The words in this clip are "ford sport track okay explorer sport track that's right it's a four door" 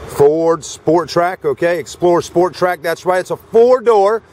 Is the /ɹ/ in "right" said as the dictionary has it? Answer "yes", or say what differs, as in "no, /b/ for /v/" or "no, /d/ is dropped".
no, /w/ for /ɹ/